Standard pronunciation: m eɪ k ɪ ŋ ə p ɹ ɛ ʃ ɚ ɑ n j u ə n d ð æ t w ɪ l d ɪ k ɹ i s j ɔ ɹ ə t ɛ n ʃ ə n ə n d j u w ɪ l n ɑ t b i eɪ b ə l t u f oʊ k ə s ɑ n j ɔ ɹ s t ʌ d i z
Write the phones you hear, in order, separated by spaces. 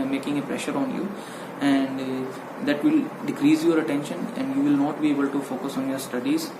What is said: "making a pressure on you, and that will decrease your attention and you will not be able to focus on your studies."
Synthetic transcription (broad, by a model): m eɪ k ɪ ŋ ə p ɹ ɛ ʃ ɚ ɑ n j u ə n d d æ t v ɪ l d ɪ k ɹ i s j ɔ ɹ ə t ɛ n ʃ ə n ə n d j u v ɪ l n ɑ t b i eɪ b ə l t u f oʊ k ə s ɑ n j ɔ ɹ s t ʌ d i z